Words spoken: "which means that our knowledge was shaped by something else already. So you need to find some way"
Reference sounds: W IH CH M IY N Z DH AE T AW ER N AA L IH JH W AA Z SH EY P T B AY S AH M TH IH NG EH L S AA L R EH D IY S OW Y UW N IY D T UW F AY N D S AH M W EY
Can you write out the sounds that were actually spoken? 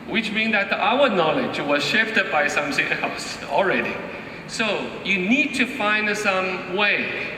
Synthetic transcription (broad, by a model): W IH CH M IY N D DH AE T AW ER N AA L IH JH W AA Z SH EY F T B AY S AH M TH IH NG EH L S AA L R EH D IY S OW Y UW N IY D T UW F AY N D S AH M W EY